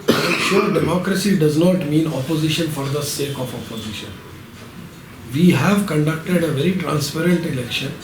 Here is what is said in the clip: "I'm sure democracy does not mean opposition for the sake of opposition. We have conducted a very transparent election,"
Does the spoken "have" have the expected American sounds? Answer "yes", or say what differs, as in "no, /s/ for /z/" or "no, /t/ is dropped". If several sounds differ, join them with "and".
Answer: yes